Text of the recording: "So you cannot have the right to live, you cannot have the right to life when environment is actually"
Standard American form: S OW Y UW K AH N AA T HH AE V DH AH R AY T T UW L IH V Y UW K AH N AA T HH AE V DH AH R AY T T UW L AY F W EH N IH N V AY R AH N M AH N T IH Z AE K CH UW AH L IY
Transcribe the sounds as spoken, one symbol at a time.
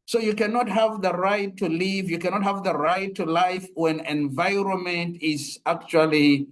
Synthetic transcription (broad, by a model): S OW Y UW K AH N AA T HH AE V DH AH R AY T T UW L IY V Y UW K AH N AA T HH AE V DH AH R AY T T UW L AY F W EH N IH N V AY R AH N M AH N T IH Z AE K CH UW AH L IY